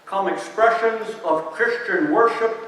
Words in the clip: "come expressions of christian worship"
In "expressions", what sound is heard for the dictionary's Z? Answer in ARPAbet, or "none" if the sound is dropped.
Z